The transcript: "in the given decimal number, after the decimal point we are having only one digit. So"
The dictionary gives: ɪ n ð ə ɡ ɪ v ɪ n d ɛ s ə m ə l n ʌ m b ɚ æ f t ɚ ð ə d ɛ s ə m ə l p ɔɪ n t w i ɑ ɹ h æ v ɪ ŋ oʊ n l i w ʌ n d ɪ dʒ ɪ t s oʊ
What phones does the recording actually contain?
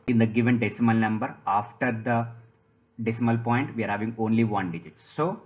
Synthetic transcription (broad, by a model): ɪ n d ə ɡ ɪ v ɪ n d ɛ s ə m ə l n ʌ m b ɚ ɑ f t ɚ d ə d ɛ s ə m ə l p ɔɪ n t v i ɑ ɹ h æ v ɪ ŋ oʊ n l i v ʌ n d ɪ dʒ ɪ t s oʊ